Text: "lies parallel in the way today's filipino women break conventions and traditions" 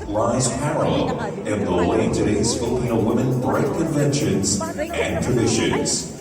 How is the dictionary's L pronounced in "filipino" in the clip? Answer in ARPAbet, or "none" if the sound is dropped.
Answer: none